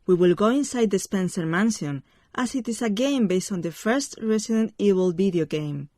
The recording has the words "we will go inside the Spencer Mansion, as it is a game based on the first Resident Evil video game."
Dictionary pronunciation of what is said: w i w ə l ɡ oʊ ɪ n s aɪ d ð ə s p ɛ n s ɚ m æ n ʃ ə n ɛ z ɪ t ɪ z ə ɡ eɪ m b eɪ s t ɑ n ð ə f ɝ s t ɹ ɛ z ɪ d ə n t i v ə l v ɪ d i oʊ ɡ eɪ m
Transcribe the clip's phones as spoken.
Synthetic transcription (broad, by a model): w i w ə l ɡ oʊ ɪ n s aɪ d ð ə s p ɛ n s ɚ m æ n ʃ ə n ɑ s ɪ t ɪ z ə ɡ eɪ m b eɪ s t ɑ n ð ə f ɝ s t ɹ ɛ s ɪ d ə n t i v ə l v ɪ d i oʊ ɡ eɪ m